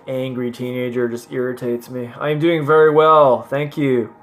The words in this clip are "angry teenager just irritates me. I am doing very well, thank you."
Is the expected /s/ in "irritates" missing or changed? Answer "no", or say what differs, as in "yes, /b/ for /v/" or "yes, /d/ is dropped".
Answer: no